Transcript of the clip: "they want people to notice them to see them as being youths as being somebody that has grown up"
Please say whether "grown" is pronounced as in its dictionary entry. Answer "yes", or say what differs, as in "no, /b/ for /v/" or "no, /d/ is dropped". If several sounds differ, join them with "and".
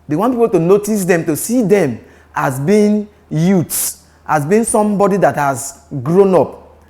yes